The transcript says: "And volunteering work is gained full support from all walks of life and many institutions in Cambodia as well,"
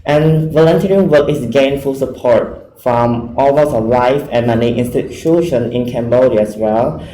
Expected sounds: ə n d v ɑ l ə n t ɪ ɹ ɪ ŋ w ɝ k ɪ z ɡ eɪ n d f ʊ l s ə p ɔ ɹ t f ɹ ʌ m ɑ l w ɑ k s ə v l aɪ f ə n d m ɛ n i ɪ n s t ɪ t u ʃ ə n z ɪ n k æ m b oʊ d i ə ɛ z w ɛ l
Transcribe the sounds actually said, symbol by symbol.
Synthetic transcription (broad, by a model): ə n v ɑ l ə n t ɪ ɹ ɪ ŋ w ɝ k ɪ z ɡ eɪ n f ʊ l s ə p ɔ ɹ t f ɹ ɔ m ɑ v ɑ s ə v l aɪ f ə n m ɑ n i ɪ n s t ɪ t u ʃ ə n ɪ n k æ m b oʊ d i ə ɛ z w ɛ l